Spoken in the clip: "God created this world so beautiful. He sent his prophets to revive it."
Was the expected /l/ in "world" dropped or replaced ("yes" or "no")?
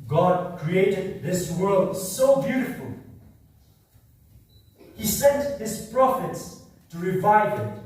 no